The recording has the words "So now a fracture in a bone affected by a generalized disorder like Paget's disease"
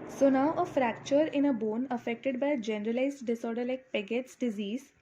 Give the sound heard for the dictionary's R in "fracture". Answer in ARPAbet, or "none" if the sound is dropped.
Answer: R